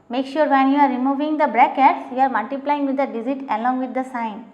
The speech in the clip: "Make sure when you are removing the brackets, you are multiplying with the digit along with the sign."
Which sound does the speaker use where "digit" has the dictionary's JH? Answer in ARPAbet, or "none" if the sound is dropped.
Z